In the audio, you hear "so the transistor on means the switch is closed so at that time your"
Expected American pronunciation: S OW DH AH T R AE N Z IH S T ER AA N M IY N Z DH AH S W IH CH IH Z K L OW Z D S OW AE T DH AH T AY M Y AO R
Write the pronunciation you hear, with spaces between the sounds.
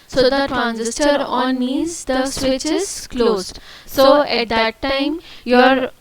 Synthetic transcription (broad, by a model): S OW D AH T R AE N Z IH S T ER AA N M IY Z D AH S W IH CH IH Z K L OW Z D S OW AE T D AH T AY M Y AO R